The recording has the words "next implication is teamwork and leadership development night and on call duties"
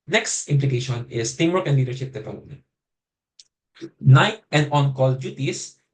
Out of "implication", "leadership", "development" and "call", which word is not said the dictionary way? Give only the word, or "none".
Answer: development